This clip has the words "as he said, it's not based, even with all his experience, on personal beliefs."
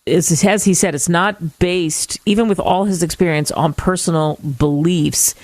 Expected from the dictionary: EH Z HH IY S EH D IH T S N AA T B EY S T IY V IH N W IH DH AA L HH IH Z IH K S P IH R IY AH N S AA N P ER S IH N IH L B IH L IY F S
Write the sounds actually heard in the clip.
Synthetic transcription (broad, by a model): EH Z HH IY S EH D IH T S N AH T B EY S T IY V IH N W IH DH AA L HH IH Z IH K S P IH R IY AH N S N P ER S N L B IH L IY F S